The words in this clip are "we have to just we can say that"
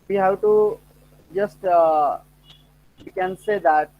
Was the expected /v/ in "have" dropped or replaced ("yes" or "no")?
yes